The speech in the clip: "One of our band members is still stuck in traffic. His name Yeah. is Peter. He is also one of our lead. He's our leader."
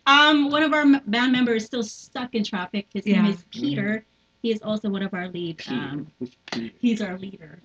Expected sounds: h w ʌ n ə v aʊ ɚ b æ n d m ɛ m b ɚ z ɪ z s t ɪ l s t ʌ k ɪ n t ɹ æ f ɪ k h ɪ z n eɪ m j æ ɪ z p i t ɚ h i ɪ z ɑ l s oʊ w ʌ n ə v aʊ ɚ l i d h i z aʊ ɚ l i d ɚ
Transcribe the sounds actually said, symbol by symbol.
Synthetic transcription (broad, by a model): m w ʌ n ə v aʊ ɚ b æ n m ɛ m b ɚ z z s t ɪ l s t ʌ k ɪ n t ɹ æ f ɪ k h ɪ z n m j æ ɪ z p i t ɚ h i ɪ z ɑ l s oʊ w ʌ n ə v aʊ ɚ l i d h i z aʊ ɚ l i d ɚ